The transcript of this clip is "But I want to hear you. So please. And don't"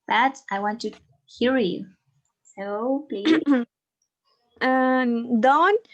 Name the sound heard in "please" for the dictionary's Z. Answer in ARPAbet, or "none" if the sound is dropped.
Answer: none